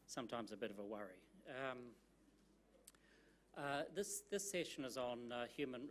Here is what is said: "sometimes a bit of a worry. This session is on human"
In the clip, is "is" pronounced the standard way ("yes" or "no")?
yes